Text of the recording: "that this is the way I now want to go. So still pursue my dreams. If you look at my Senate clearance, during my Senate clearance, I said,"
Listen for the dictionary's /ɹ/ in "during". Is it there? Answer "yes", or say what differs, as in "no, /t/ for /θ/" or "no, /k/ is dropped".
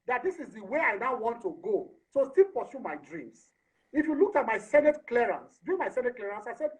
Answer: no, /ɹ/ is dropped